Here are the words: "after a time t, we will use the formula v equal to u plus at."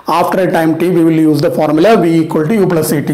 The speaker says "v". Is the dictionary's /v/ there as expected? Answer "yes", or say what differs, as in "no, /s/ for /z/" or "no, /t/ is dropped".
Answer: yes